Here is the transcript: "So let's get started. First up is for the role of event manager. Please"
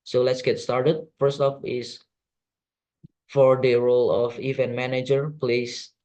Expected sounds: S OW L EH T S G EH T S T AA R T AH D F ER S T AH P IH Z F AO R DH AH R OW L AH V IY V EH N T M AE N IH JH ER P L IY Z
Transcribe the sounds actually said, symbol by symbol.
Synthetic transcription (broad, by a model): S OW L EH T S G EH T S T AA R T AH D F ER S T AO F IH S F AO R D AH R OW L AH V IY V EH N T M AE N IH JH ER P L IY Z